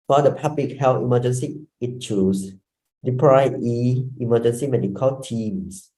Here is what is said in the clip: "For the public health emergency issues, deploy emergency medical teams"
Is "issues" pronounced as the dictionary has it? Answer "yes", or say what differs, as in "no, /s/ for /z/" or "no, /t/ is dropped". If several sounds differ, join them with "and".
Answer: no, /s/ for /z/